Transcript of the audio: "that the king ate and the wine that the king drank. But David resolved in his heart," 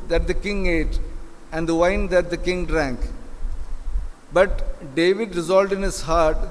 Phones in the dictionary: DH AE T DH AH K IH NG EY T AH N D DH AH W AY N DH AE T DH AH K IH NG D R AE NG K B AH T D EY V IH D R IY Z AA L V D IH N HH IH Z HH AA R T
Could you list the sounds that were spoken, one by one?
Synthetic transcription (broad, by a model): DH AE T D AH K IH NG EY T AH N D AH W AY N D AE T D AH K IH NG D R AE NG K B AH T D EY V IH D R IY Z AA L D IH N HH IH Z HH AA R T